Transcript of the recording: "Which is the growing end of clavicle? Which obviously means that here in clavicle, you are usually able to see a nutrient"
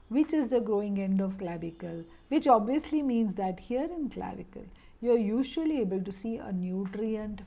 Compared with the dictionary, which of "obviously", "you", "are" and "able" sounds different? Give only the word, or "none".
none